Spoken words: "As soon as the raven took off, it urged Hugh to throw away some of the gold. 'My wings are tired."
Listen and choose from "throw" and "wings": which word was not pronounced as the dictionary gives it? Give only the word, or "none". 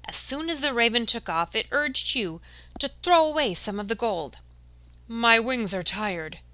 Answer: none